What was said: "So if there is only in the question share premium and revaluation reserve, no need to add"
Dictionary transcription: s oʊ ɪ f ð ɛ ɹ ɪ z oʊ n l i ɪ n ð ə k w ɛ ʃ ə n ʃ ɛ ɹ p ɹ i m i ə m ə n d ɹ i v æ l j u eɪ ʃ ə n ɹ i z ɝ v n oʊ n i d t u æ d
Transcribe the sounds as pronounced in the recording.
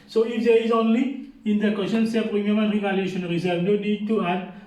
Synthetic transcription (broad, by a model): s oʊ ɪ f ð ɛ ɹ ɪ z oʊ n l i ɪ n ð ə k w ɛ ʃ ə n s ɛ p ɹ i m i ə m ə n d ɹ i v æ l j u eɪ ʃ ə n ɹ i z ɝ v n oʊ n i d t u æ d